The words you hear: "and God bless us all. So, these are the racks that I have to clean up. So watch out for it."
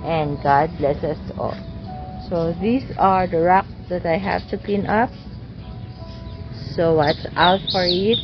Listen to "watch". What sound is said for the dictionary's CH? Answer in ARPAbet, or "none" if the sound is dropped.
S